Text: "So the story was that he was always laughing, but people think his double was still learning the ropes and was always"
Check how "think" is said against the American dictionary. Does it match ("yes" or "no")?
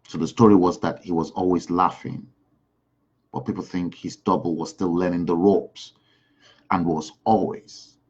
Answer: yes